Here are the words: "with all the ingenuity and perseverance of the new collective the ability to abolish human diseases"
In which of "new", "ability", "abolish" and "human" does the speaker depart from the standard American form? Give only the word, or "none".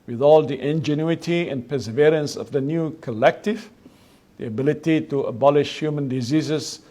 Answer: none